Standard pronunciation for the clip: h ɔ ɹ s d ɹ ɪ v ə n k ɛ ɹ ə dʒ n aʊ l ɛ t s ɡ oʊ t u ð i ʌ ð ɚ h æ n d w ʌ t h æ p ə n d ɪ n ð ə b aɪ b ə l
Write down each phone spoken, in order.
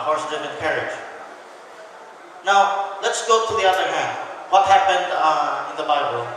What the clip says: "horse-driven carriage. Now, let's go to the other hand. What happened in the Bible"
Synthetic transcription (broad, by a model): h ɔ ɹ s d ɪ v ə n k ɛ ɹ ə dʒ n aʊ l ɛ t s ɡ oʊ t u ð i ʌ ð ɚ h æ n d w ʌ t h æ p ə n d ɪ n ð ə b aɪ b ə l